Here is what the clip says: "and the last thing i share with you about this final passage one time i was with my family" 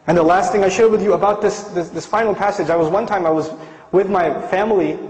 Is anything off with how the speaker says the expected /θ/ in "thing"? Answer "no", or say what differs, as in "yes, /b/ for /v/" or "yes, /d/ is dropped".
no